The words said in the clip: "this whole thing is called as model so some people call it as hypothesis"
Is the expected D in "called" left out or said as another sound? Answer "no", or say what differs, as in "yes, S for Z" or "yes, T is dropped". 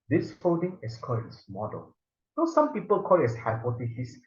yes, D is dropped